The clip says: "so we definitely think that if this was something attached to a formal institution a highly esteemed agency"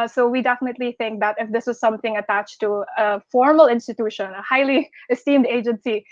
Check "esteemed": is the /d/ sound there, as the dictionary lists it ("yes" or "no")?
yes